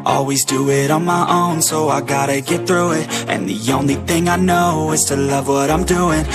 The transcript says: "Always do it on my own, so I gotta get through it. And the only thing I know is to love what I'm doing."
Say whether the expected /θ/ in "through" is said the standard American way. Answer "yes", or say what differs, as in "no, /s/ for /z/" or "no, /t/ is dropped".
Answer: yes